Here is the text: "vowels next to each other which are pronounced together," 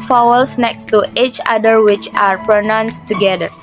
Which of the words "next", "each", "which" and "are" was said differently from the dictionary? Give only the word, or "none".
none